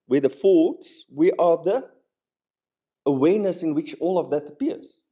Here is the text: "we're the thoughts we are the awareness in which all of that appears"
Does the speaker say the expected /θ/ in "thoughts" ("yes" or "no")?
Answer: no